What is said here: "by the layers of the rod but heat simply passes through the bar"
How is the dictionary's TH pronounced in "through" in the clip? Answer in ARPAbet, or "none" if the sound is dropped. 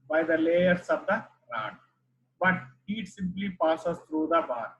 T